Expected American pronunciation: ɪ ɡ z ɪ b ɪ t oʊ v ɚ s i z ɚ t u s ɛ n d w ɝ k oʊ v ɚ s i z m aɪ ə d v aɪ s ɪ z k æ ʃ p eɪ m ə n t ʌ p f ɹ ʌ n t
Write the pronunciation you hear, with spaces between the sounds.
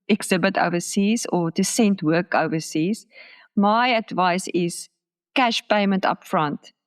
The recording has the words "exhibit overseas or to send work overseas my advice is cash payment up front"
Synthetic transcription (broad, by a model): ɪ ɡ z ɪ b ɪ t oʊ v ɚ s i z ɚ t u s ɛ n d w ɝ k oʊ v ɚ s i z m aɪ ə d v aɪ s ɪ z k æ ʃ p eɪ m ə n t ʌ p f ɹ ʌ n t